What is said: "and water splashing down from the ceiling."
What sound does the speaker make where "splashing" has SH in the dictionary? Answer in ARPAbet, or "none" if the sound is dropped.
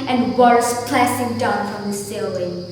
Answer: S